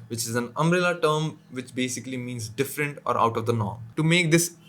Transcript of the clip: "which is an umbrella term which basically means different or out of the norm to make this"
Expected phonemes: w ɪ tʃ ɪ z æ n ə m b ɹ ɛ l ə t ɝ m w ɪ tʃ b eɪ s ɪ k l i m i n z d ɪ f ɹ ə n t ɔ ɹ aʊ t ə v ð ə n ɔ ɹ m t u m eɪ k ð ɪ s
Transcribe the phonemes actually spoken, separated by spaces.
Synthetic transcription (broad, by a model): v ɪ tʃ ɪ z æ n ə m ɹ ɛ l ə t ɝ m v ɪ tʃ b eɪ s ɪ k l i m i n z d ɪ f ɹ ə n t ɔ ɹ aʊ t ə v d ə n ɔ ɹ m t u m eɪ k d ɪ s